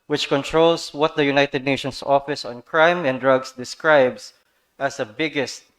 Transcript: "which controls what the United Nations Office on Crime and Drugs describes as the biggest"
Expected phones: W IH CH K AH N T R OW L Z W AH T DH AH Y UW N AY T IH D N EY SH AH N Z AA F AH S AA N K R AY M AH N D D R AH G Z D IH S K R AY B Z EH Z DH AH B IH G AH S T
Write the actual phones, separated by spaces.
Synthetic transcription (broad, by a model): W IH CH K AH N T R OW L S W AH T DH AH Y UW N AY T IH D N EY SH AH N S AA F AH S AA N K R AY M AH N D D R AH G S D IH S K R AY B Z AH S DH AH B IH G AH S T